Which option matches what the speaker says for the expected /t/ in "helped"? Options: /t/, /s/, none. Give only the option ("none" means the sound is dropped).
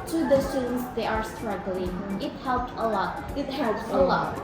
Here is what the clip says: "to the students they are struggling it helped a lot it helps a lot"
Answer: /t/